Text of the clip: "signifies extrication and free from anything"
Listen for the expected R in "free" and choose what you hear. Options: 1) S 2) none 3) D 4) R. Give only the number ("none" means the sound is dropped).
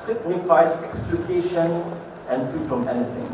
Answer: 2